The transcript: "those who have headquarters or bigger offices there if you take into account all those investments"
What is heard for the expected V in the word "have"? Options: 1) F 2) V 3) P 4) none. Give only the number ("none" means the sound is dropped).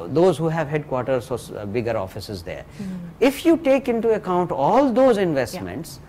2